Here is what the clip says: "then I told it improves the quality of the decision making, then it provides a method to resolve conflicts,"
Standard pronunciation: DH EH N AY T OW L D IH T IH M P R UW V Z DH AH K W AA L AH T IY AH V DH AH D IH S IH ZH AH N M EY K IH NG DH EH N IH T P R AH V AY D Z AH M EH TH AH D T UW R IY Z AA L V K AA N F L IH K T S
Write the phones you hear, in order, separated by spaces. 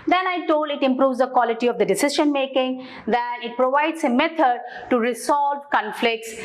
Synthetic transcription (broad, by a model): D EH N AY T OW L D IH T IH M P R UW V Z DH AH K W AA L AH T IY AH V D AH D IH S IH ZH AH N M EY K IH NG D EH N IH T P R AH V AY D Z AH M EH T AH D T UW R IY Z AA L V K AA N F L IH K T S